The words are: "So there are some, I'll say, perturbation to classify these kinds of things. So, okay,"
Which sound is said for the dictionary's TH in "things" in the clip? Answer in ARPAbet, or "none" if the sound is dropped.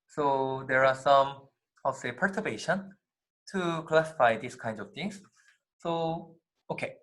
T